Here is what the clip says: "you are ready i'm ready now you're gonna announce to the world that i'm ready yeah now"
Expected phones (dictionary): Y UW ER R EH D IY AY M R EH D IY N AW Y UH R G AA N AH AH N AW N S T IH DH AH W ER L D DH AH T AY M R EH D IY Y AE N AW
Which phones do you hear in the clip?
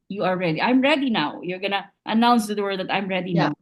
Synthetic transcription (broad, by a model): Y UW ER R EH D IY AY M R EH D IY N AW Y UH R G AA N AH AH N AW N S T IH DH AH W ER D DH AH T AY M R EH D IY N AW